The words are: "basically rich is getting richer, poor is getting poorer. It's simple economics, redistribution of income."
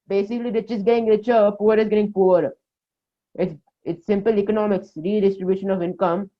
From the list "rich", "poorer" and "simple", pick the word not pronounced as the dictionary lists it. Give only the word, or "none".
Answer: poorer